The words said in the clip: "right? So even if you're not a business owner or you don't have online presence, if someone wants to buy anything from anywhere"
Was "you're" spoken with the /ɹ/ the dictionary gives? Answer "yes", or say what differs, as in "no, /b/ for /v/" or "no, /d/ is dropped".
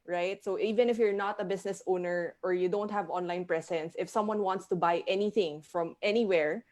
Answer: yes